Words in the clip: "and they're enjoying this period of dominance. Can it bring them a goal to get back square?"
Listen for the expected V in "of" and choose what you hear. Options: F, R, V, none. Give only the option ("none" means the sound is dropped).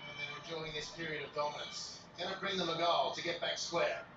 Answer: V